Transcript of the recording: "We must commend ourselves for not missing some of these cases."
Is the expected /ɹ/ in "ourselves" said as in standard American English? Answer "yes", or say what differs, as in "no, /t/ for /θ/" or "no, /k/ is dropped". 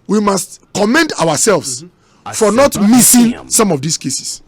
no, /w/ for /ɹ/